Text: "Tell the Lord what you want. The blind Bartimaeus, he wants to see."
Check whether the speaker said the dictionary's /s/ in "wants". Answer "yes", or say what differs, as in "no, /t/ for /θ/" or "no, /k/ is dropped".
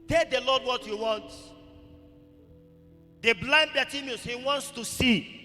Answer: yes